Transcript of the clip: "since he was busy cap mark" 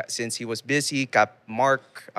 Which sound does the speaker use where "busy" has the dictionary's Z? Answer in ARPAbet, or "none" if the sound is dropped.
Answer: Z